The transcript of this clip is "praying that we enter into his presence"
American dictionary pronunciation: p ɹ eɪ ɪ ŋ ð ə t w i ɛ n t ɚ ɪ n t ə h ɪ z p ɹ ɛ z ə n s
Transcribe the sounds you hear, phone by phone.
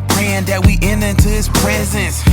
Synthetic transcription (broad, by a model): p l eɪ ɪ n ð ə t w i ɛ n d ɪ n t ə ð ɪ s p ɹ ɛ z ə n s